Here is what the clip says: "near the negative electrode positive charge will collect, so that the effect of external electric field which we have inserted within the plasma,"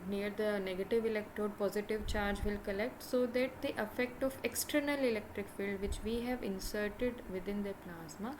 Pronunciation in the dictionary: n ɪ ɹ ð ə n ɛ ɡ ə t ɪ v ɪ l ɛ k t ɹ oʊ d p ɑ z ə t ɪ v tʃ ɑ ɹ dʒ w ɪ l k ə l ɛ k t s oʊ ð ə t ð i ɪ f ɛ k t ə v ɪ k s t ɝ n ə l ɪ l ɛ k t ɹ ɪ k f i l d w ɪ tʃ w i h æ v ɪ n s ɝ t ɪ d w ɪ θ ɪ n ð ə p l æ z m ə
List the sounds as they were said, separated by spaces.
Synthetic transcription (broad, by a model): n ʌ ɹ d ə n ɛ ɡ ə t ɪ v ɪ l ɛ k t ɹ oʊ d p ɑ z ə t ɪ v tʃ ɑ ɹ dʒ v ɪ l k ə l ɛ k t s oʊ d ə t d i ɪ f ɛ k t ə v ɪ k s t ɝ n ə l ɪ l ɛ k t ɹ ɪ k f i l d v ɪ tʃ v i h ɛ v ɪ n s ɝ t ɪ d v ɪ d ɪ n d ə p l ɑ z m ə